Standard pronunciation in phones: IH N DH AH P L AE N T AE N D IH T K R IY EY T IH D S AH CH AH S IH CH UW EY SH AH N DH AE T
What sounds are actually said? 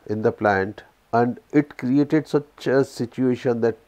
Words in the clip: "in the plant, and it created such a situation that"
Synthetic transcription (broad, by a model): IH N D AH P L AE N T AE N D IH T K R IY EY T IH D S AH CH AH S IH CH UW EY SH AH N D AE T